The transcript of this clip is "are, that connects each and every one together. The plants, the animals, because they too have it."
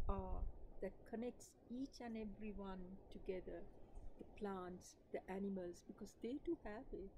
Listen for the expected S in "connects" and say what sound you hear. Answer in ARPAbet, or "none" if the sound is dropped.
S